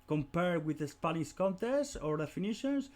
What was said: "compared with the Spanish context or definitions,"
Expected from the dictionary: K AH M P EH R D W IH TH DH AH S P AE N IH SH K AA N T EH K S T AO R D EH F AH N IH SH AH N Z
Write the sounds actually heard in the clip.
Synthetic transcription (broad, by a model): K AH M P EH R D W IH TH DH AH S P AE L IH S K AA N T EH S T AO R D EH F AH N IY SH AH N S